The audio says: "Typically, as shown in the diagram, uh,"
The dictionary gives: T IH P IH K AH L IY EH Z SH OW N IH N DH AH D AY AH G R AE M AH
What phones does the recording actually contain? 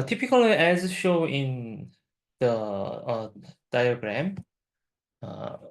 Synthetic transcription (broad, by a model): T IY P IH K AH L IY EH Z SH OW IH N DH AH D AY AH G R AE M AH